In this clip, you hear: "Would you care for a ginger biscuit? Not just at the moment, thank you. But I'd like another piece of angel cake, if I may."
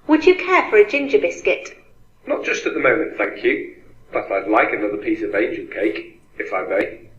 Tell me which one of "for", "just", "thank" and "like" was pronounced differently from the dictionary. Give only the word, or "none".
none